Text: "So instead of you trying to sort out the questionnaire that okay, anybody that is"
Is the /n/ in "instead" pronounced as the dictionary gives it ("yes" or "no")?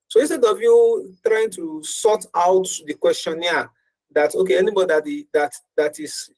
no